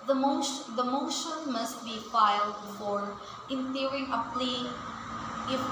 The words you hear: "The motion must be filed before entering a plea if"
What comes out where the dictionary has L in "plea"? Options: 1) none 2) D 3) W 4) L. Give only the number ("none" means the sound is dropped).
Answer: 4